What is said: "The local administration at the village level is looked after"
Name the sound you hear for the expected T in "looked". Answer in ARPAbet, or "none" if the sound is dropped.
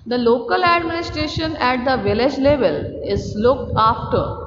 T